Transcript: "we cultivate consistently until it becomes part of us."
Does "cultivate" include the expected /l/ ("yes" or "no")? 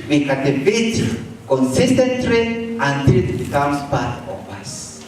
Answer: no